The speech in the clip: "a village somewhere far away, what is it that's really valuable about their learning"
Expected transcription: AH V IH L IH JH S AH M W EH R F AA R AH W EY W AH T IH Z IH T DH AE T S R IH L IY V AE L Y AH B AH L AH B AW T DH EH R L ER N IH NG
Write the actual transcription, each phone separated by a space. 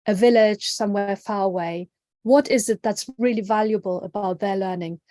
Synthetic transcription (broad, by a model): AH V IH L IH JH S AH M W EH R F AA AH W EY W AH T IH Z IH T DH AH T S R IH L IY V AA L Y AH B AH L AH B AW T DH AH L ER N IH NG